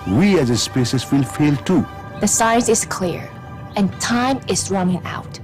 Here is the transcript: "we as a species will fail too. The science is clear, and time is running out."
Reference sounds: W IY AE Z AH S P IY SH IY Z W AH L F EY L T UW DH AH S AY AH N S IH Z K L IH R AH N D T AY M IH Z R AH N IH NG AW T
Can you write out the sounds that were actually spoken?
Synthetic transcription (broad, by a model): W IY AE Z AH S P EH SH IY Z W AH L F EY L T UW DH AH S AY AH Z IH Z K L IH R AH N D T AY M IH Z R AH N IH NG AW T